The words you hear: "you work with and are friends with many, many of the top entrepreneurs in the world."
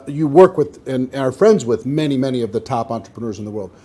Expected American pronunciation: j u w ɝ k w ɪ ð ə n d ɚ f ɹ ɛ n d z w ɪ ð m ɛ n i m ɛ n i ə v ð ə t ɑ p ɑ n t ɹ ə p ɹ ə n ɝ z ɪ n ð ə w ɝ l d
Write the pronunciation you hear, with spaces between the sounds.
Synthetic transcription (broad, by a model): j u w ɝ k w ɪ ð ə n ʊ ɚ f ɹ ɛ n d z w ɪ ð m ɛ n i m ɛ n i ə v ð ə t ɑ p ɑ n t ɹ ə p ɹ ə n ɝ z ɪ n ð ə w ɝ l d